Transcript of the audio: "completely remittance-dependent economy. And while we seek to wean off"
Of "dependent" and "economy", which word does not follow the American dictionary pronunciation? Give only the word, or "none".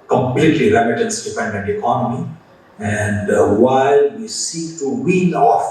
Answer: dependent